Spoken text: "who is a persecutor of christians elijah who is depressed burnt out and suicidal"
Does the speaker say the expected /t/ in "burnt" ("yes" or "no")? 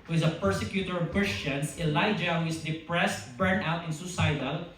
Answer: no